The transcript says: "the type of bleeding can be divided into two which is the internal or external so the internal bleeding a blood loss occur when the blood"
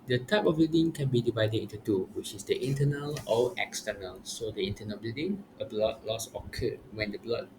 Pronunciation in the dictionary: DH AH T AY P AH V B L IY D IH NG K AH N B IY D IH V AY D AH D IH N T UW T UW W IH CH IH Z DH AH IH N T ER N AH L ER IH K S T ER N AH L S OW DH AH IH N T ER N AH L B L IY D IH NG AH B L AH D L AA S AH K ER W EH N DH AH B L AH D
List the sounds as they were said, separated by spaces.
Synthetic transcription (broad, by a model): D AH T AY P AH F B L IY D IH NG K AH N B IY D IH V AY D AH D IH N T UW T UW W IH CH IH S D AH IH N T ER N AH L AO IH K S T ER N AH L S OW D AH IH N T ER N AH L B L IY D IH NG AH B L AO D L AA S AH K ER W EH N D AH B L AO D